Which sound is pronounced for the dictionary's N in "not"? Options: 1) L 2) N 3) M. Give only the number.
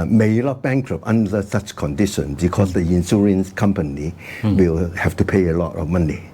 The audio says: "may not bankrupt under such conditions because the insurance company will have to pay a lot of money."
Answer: 1